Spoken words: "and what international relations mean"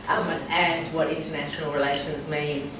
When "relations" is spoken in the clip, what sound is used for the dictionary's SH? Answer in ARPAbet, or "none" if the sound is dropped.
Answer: SH